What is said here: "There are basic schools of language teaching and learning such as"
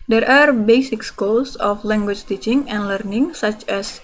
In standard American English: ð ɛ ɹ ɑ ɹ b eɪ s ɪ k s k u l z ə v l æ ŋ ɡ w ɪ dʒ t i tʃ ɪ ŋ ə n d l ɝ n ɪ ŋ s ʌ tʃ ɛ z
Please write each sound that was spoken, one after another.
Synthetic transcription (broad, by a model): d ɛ ɹ ɑ ɹ b eɪ s ɪ k s k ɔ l s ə f l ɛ ŋ ɡ w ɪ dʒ t i tʃ ɪ ŋ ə n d l ɝ n ɪ ŋ s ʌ tʃ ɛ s